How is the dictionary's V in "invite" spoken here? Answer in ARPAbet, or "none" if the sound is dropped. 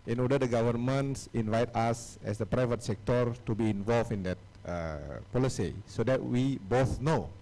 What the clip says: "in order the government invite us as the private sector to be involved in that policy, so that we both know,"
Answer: V